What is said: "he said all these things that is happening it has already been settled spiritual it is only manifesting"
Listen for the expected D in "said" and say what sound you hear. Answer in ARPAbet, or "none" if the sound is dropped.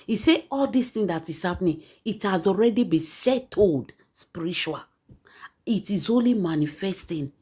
none